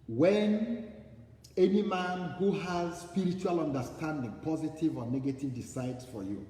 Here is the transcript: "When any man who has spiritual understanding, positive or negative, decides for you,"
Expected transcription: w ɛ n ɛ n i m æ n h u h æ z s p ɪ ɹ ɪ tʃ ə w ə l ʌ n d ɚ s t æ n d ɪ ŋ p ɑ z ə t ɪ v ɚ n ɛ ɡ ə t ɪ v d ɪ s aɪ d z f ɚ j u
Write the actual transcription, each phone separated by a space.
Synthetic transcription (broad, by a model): w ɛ n ɛ n i m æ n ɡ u h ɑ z s p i ɹ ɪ tʃ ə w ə l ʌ n d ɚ s t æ n d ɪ ŋ p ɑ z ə t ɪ v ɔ n ɛ ɡ ə t ɪ v d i s aɪ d s f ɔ j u